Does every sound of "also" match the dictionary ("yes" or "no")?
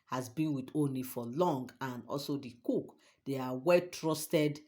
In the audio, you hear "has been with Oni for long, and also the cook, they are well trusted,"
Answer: yes